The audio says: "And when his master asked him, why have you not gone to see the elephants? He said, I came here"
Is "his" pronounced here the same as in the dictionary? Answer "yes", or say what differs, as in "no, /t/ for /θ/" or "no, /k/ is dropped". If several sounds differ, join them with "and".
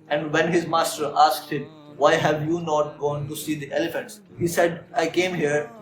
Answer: yes